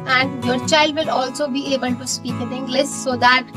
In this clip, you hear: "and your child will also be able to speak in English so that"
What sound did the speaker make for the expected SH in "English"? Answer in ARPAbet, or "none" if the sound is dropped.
S